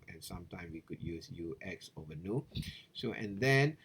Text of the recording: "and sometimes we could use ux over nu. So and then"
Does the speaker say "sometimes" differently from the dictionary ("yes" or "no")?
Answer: yes